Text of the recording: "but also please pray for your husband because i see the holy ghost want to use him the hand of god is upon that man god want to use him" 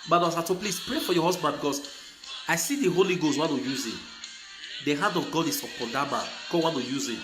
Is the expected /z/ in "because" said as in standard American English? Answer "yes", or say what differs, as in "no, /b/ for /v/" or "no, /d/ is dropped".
no, /s/ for /z/